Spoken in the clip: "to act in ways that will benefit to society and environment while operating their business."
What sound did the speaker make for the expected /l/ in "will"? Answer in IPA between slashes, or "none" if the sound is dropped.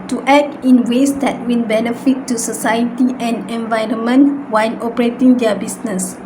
/n/